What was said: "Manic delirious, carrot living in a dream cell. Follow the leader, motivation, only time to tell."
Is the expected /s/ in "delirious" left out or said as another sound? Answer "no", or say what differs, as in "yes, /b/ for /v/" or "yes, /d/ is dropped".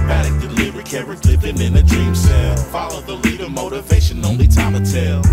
yes, /s/ is dropped